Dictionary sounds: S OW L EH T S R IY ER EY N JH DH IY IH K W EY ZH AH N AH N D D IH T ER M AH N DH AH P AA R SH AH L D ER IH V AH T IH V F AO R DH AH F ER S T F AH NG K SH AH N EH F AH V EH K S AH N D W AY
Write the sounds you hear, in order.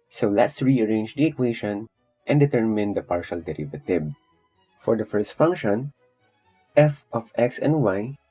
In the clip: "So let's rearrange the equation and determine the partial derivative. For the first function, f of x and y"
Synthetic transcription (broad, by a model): S OW L EH T S R IY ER EY N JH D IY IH K W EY SH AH N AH N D D IH T ER M AH N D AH P AA R SH AH L D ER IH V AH T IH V F AO R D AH F ER S T F AH NG K SH AH N EH F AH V EH K S AH N D W AY